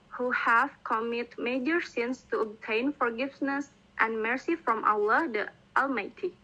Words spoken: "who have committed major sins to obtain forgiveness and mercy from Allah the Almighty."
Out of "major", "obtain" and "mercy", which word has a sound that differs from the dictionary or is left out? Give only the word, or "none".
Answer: none